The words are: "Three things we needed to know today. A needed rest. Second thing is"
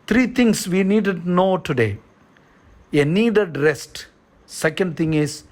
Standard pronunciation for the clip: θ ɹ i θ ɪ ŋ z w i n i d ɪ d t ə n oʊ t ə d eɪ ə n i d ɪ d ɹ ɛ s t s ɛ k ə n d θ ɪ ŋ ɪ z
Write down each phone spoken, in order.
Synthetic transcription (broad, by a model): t ɹ i t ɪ ŋ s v i n i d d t n oʊ t ə d eɪ ə n i d ɪ d ɹ ɛ s t s ɛ k ə n d t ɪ ŋ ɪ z